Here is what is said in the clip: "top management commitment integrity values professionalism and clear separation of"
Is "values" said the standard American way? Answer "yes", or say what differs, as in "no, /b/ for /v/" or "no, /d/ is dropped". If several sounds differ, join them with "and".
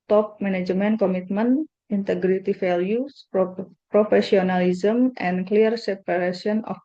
no, /f/ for /v/ and /s/ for /z/